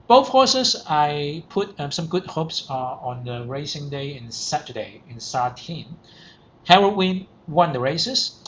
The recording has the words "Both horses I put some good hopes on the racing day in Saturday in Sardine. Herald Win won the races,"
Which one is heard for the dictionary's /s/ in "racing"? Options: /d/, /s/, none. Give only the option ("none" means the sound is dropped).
/s/